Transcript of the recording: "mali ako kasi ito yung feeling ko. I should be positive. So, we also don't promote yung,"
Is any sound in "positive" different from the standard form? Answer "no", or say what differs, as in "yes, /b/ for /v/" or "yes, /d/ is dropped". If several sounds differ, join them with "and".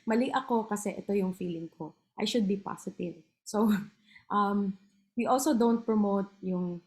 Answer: yes, /s/ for /z/